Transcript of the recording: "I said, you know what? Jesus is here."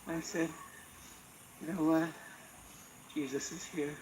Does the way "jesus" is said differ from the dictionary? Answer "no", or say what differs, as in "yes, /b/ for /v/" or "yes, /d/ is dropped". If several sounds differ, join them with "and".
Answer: no